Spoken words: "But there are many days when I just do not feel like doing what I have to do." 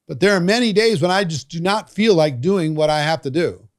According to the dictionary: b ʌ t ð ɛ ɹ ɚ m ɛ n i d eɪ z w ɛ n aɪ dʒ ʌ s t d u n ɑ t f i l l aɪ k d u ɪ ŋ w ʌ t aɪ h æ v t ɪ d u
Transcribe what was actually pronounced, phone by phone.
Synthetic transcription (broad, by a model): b ʌ t ð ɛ ɹ m ɛ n i d eɪ z w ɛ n aɪ dʒ ʌ s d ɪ n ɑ t f i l l aɪ k d u ɪ ŋ w ʌ t aɪ h æ f t ɪ d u